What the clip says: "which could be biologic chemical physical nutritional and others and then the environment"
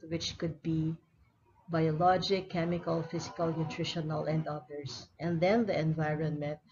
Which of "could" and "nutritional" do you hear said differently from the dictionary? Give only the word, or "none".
none